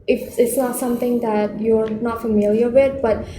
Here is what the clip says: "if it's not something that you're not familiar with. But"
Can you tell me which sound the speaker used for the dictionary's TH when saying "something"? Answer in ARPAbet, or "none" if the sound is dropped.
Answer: T